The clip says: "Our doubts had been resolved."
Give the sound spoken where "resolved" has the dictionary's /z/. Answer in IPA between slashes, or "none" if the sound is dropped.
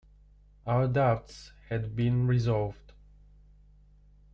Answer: /z/